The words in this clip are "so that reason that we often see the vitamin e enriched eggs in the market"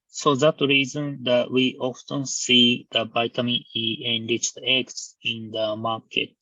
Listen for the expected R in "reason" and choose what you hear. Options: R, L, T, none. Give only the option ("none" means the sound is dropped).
R